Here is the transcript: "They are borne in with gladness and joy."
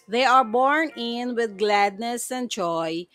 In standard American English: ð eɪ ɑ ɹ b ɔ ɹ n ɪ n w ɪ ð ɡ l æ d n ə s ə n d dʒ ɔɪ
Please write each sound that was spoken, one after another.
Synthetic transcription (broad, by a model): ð eɪ ɑ ɹ b ɔ ɹ n ɪ n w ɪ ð ɡ l æ d n ə s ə n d dʒ ɔɪ